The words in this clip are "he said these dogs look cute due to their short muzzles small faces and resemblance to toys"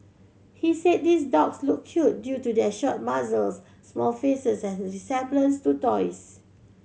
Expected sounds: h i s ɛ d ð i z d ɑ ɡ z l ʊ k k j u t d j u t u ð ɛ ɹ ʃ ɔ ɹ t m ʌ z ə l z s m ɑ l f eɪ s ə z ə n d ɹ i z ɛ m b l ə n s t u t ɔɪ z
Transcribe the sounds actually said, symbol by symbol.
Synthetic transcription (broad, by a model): h i s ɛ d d i s d ɑ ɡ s l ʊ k k j u t d j u t u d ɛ ʃ ɔ t m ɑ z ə l s m ɑ l f eɪ s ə s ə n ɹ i s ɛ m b l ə n s t u t ɔɪ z